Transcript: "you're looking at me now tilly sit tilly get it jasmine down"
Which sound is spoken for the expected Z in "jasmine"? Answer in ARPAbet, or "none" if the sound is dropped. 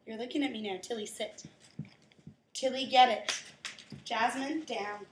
Z